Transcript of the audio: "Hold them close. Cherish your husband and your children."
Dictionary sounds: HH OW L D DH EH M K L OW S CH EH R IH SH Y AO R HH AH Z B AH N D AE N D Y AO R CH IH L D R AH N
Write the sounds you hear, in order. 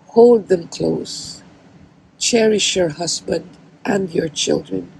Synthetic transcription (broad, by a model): HH OW L D DH EH M K L OW S CH EH R IH SH Y AO R HH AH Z B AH N D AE N D Y AO R CH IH L D R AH N